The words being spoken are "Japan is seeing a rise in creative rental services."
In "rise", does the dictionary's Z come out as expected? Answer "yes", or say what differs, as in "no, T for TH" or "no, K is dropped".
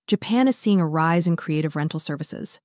yes